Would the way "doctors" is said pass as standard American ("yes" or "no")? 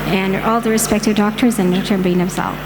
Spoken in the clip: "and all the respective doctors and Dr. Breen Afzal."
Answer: yes